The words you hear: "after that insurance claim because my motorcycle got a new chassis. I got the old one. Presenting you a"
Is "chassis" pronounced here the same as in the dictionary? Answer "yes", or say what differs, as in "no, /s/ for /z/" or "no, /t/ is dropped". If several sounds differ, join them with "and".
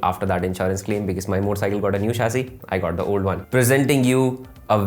no, /ʃ/ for /tʃ/